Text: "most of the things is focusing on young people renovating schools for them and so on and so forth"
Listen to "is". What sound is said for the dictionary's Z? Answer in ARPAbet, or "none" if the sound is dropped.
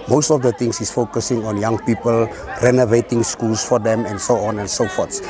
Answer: S